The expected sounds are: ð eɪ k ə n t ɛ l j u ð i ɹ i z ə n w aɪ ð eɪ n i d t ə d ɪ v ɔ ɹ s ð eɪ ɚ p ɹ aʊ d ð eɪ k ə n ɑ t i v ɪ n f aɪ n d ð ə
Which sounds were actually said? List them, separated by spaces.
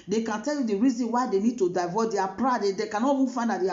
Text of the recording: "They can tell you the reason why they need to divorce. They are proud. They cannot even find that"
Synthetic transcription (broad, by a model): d eɪ k ə n t ɛ l j u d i ɹ i z ə n w aɪ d eɪ n i d t ə d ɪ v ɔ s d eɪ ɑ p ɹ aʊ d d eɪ k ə n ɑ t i f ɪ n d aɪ d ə